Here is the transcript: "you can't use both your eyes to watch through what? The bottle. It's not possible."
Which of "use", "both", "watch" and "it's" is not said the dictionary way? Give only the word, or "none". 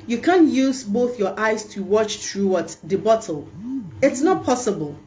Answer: none